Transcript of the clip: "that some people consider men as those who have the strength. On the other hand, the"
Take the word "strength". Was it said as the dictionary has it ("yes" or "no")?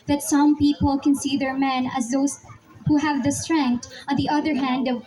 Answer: no